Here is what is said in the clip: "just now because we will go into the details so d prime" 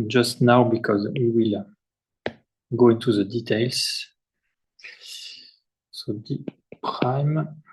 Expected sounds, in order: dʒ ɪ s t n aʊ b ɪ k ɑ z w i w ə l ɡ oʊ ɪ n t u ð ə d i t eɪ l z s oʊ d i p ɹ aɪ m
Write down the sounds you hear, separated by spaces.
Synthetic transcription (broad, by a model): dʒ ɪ s t n aʊ b ɪ k ɑ z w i w ə l ɡ oʊ ɪ n t u ð ə d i t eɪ l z s oʊ d i p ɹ aɪ m